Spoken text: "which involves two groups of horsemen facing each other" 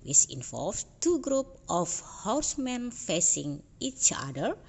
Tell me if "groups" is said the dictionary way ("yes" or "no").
no